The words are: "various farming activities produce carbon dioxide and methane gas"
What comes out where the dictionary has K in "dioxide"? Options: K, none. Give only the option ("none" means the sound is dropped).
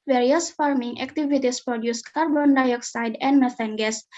K